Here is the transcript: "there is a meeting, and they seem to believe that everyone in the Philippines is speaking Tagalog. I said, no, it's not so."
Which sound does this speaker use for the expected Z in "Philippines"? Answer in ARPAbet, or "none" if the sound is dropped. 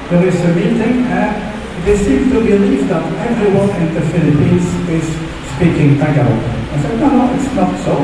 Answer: S